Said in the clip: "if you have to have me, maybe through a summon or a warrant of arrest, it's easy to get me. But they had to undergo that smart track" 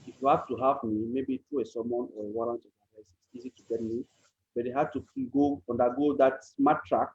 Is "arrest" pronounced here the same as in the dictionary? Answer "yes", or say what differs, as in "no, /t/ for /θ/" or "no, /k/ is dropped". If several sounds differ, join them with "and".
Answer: no, /t/ is dropped